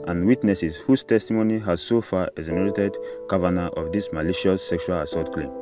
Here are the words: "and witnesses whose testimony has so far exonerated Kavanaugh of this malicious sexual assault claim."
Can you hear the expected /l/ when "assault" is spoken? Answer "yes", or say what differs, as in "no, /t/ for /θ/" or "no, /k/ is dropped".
no, /l/ is dropped